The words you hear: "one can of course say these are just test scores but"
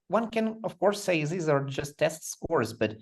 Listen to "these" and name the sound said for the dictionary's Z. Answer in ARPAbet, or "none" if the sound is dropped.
Z